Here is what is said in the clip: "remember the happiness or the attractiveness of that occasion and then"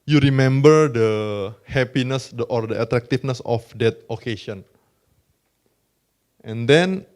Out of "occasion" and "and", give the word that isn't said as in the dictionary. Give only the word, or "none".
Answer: occasion